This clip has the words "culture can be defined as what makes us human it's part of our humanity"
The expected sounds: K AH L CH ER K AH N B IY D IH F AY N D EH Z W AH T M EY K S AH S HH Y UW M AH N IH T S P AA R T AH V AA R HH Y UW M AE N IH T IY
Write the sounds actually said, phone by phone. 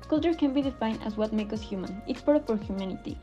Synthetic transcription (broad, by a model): K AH L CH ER K AH N B IY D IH F AY N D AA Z W AH T M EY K AH S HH Y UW M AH N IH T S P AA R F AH AA R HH Y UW M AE N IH T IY